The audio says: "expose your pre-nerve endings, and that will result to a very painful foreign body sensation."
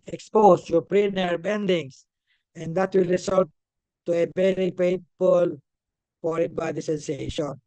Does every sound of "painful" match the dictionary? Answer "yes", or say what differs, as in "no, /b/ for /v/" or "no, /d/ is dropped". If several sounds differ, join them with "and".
no, /n/ is dropped